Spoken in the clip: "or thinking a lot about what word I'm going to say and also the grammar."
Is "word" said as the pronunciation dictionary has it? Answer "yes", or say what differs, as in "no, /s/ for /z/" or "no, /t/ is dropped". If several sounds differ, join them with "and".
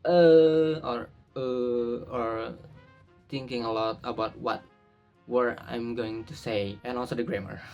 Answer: no, /d/ is dropped